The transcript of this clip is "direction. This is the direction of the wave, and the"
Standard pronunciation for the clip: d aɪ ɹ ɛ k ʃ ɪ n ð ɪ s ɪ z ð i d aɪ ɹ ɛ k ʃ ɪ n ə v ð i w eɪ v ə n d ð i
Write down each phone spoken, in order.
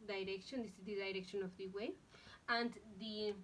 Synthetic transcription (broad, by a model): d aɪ ɹ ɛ k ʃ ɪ n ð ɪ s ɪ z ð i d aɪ ɹ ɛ k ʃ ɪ n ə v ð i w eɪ ə n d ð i